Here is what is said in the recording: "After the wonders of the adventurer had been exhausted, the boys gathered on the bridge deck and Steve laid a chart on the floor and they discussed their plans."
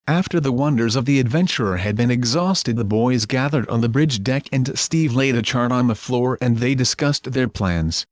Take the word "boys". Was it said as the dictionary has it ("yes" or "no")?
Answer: yes